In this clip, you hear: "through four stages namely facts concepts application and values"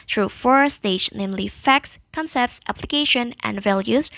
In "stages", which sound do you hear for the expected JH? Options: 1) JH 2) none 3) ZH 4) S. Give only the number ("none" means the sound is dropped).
2